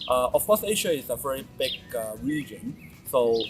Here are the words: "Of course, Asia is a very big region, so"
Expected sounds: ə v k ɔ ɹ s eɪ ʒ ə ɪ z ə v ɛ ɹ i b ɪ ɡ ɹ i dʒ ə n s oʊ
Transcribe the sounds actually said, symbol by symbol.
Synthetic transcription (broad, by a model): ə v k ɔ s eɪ ʃ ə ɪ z ə v ɛ ɹ i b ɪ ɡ ɹ i dʒ ə n s oʊ